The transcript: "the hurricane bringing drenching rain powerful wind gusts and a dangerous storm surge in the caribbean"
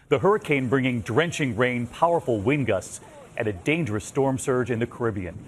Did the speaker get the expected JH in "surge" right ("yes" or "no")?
yes